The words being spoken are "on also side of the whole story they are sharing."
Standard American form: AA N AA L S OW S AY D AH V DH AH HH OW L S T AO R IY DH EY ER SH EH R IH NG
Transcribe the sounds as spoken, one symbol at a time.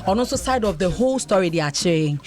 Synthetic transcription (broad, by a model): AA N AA S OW S AY D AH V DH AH HH OW L S T AO R IY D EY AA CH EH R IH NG